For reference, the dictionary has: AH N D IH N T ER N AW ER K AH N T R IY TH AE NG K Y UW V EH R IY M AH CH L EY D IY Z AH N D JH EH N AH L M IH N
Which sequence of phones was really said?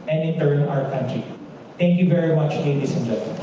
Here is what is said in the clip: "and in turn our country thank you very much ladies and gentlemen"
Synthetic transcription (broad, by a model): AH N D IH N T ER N AW ER K AH N T R IY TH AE NG K Y UW V EH R IY M AH CH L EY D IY S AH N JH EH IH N